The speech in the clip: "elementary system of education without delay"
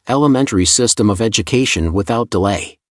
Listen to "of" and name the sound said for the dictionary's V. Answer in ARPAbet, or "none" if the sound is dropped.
V